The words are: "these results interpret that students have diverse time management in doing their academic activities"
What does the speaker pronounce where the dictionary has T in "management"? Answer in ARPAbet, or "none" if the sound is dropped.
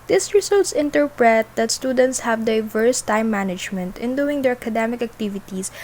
T